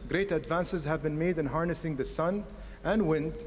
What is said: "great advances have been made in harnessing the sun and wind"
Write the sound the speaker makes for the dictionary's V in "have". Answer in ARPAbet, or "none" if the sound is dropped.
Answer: V